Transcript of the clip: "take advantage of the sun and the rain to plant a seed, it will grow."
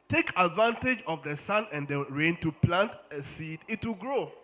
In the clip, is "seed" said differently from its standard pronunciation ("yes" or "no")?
no